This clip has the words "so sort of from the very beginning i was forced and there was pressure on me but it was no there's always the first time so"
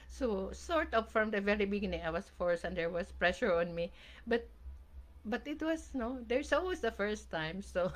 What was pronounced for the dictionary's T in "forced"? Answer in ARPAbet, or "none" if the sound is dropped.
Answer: none